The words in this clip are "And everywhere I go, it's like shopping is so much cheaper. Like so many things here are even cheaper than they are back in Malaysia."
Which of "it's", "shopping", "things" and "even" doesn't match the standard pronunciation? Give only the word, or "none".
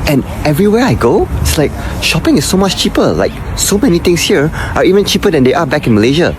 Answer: things